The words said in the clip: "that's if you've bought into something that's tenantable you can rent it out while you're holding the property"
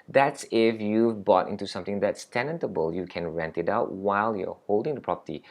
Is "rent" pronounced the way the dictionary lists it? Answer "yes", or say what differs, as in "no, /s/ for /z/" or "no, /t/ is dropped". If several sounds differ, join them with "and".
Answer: yes